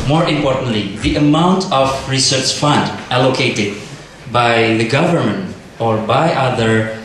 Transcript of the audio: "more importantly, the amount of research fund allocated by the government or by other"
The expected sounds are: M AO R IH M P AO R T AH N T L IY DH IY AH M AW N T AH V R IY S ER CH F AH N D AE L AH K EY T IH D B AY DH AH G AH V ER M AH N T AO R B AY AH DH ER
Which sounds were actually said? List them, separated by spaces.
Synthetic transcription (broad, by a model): M AO R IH M P AO R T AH N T L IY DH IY AH M AW N T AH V R IY S ER CH F AH N D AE L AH K EY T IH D B AY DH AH G AH V ER M AH N T AO R B AY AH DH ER